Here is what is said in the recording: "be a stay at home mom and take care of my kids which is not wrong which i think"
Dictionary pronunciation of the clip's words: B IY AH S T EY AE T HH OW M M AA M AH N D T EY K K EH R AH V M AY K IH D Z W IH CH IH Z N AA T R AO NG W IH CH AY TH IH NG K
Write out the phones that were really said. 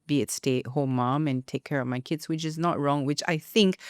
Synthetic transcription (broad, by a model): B IY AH S T EY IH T HH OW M M AA M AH N T EY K K EH R AH V M AY K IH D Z W IH CH IH Z N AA T R AO NG W IH CH AY TH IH NG K